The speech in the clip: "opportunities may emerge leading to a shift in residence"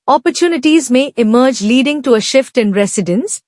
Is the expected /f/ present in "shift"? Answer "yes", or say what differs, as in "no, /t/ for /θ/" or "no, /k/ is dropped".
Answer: yes